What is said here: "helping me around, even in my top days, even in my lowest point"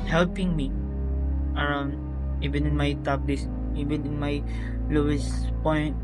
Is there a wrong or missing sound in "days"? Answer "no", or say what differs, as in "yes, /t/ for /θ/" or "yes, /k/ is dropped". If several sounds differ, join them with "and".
yes, /s/ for /z/